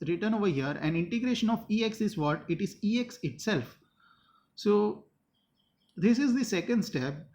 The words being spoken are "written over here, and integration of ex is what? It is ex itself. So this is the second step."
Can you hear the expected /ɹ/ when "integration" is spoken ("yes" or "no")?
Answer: yes